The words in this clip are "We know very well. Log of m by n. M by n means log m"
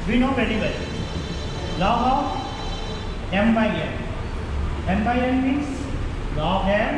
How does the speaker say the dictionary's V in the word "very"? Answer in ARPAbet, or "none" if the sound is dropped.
P